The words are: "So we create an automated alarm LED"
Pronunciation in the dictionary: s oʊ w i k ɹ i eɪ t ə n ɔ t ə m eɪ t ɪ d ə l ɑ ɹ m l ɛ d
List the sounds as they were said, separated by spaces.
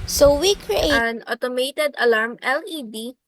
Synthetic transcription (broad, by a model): s oʊ w i k ɹ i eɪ ə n ɔ t ə m eɪ t ɪ d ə l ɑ ɹ m l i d